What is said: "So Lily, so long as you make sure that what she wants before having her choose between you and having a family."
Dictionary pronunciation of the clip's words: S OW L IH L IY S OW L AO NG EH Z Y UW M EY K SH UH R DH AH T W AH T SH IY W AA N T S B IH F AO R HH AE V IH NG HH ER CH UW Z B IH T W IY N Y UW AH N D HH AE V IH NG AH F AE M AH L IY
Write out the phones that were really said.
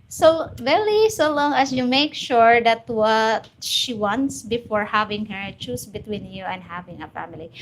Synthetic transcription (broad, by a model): S OW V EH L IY S OW L AO NG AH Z Y UW M EY K SH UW R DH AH T W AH T SH IY W AA N T S B IH F AO R HH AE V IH NG HH ER CH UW S B IH T W IY N Y UW AH N D HH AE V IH NG AH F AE M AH L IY